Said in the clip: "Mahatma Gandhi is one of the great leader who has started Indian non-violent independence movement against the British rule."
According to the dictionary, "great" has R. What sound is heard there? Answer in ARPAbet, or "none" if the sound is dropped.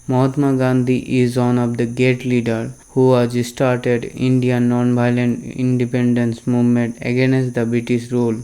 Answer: none